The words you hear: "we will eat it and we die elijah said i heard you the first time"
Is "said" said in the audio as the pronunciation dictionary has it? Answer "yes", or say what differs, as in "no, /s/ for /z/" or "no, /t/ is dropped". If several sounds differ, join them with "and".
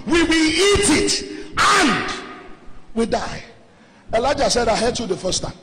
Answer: yes